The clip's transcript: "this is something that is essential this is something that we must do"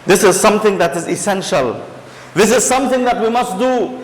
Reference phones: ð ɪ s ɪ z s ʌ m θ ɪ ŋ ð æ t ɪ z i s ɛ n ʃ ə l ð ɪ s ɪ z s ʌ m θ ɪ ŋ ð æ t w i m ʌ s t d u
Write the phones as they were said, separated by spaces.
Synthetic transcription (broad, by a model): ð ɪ s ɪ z s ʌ m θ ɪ ŋ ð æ t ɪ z i s ɛ n ʃ ə l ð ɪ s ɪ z s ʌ m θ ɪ ŋ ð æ t w i m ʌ s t d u